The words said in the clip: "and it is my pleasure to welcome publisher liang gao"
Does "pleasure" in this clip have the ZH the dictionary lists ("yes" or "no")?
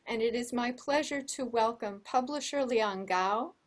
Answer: yes